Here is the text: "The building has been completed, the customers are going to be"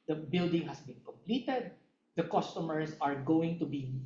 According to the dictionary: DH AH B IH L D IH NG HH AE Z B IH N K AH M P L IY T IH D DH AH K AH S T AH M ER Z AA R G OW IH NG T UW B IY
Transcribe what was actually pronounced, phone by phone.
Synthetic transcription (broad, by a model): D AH B IH L D IH NG HH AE S B IH N K AH M P L IY T IH D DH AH K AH S T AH M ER S AA R G OW IH NG T UW B IY